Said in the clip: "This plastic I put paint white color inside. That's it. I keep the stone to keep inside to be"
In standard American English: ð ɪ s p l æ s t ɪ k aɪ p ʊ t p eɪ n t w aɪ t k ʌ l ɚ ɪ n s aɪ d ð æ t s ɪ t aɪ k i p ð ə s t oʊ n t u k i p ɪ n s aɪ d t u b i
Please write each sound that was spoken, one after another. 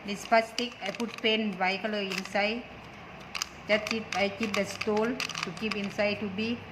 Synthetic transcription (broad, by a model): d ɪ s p ɑ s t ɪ k aɪ p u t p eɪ n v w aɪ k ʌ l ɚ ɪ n s aɪ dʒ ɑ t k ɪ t aɪ k i p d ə s t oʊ l t u k i p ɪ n s aɪ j t u b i